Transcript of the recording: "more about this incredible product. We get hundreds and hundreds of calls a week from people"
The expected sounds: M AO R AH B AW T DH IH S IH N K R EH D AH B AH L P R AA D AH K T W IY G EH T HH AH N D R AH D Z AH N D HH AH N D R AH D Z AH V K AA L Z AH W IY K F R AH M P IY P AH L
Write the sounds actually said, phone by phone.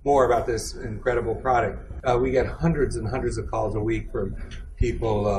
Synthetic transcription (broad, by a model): M AO R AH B AW T DH IH S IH N K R EH D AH B L P R AA D AH K T W IY G EH T HH AH N D R AH D Z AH N HH AH N D R AH D Z AH V K AA L Z AH W IY K F R AH M P IY P L